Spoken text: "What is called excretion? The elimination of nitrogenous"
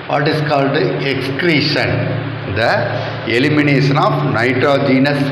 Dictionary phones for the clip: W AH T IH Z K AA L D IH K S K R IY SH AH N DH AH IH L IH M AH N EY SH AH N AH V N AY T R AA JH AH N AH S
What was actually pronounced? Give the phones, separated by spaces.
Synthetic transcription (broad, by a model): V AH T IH S K AA L D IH K S K R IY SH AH N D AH IH L IH M AH N EY SH AH N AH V N AY T R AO JH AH N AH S